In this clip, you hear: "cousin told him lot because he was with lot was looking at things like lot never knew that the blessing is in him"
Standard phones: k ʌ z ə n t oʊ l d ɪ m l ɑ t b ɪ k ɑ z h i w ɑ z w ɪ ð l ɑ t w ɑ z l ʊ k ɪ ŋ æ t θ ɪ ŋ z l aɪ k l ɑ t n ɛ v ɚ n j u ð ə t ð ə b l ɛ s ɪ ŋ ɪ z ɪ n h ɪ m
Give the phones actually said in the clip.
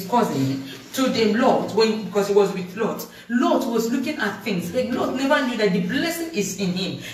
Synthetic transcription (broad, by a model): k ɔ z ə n t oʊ d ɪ l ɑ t b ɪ k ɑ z h i w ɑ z w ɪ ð l ɑ t w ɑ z l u k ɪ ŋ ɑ t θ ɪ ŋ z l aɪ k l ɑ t n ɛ v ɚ n j u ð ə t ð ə b l ɛ s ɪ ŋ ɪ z ɪ n h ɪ m